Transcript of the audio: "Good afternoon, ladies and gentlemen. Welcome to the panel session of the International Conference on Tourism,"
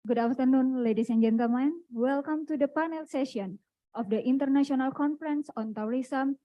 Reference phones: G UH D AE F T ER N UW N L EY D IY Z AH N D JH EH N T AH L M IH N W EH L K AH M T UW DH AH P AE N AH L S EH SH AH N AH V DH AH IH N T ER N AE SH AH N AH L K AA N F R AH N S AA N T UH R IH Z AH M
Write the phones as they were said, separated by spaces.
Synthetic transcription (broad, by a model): G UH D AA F T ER N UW N L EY D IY S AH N JH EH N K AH M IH N W EH L K AH M T UW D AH P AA N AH L S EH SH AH N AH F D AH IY N T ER N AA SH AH N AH L K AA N F R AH N S AA N T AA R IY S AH M